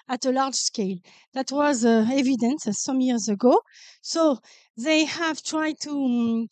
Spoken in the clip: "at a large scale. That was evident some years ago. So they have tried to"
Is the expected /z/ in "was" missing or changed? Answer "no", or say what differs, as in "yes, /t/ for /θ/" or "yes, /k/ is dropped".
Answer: no